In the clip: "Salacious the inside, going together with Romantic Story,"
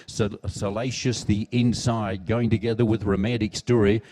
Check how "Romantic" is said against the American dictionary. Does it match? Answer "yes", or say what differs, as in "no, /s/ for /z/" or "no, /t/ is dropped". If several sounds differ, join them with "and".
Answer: no, /n/ is dropped